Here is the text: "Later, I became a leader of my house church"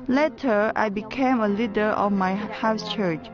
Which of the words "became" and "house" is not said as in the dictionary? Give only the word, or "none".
none